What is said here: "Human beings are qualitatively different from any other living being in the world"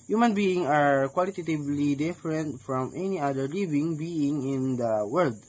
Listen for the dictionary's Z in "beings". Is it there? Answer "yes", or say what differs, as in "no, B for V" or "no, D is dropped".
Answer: no, Z is dropped